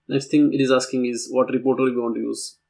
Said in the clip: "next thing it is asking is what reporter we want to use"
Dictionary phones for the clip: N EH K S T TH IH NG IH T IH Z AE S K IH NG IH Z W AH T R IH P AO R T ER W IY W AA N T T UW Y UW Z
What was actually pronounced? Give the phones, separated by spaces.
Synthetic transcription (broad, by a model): N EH K S T T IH NG IH T IH Z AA S K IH NG IH Z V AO T R IH P AO R T ER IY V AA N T T UW Y UW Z